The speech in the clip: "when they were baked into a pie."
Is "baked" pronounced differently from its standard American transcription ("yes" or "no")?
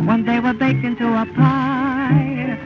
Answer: yes